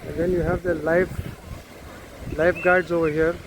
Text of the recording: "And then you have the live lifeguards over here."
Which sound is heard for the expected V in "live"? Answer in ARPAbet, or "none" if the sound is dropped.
F